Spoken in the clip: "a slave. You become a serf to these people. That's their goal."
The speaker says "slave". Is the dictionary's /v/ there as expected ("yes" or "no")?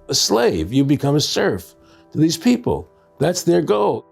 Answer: yes